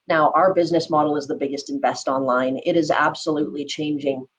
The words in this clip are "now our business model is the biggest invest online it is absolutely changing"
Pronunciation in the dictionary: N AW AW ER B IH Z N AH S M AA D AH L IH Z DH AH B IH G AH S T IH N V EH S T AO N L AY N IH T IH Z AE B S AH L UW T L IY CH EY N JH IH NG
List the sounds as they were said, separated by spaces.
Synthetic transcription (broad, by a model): N AW AW ER B IH Z N AH S M AA D L IH Z DH AH B IH G AH S T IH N V EH S T AO N L AY N IH T IH Z AE B S AH L UW T L IY CH EY N JH IH NG